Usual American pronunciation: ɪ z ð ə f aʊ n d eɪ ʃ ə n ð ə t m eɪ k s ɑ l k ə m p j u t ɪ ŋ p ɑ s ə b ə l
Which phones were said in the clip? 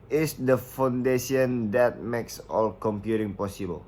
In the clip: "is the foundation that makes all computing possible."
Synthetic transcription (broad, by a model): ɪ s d ə f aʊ n d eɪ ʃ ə n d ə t m eɪ k s ɑ l k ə m p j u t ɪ ŋ p ɑ s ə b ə l